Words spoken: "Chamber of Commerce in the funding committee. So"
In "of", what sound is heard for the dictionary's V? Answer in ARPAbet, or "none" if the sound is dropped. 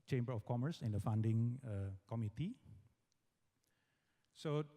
F